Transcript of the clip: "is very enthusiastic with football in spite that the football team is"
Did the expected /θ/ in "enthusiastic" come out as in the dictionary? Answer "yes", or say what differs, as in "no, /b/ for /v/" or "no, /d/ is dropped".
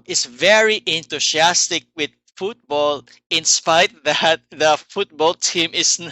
no, /t/ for /θ/